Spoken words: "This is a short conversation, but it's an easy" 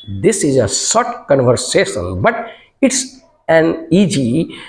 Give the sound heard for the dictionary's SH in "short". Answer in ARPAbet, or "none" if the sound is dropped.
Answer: S